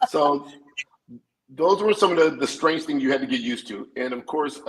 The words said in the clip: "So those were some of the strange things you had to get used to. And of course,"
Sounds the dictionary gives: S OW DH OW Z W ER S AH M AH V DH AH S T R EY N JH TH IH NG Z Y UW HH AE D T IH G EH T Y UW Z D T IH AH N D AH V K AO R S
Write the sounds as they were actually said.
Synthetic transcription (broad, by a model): S OW DH OW Z W ER S AH M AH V DH AH S T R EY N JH TH IH NG Z Y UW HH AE D T IH G EH T Y UW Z T IH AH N AH V K AO R S